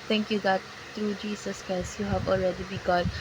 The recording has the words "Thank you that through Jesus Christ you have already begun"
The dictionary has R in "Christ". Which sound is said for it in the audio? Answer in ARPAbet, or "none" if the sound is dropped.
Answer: none